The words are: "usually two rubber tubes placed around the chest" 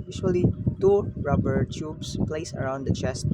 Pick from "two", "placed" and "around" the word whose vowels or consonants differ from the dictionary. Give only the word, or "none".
placed